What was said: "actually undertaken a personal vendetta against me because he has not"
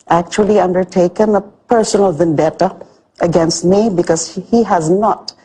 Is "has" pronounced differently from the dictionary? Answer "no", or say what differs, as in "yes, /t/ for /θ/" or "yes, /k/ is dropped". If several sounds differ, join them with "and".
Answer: no